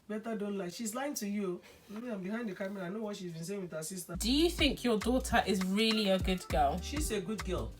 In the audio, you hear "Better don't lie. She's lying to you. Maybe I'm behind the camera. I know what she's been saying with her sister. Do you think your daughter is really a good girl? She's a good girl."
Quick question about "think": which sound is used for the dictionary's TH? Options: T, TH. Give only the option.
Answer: TH